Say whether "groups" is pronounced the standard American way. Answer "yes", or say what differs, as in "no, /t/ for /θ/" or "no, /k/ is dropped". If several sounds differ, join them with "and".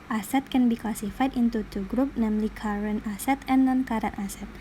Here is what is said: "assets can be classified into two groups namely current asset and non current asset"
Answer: no, /s/ is dropped